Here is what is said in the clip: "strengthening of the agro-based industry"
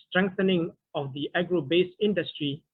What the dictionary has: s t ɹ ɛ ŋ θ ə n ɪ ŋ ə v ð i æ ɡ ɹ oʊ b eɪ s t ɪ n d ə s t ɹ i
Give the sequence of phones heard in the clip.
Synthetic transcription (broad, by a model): s t ɹ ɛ ŋ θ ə n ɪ ŋ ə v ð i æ ɡ ɹ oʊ b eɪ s ɪ n d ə s t ɹ i